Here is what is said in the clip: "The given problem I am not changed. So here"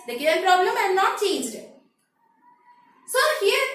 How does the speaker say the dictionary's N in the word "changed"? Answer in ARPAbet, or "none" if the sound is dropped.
none